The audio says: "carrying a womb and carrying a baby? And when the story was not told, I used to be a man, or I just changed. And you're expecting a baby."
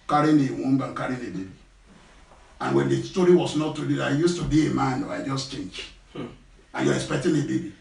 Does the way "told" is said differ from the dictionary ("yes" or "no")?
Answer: yes